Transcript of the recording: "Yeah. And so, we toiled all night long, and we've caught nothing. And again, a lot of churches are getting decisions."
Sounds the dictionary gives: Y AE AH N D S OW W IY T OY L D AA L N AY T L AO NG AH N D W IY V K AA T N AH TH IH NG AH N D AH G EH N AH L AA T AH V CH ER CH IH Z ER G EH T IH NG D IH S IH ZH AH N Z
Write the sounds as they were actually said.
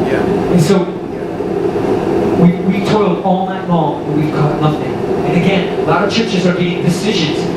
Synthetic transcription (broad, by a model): Y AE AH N S OW W IY T OY L D AA L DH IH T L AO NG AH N W IY V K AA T L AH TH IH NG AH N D AH G EH N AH L AA T AH V CH ER CH IH Z ER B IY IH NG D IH S IH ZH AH N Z